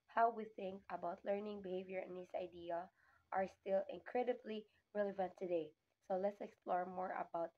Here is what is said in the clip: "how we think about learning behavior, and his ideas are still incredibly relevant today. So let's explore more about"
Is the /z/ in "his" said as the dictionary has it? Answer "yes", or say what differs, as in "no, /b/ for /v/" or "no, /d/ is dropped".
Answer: no, /s/ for /z/